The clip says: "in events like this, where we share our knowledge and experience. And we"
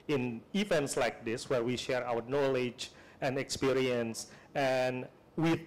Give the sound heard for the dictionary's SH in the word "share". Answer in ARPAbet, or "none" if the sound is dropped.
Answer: SH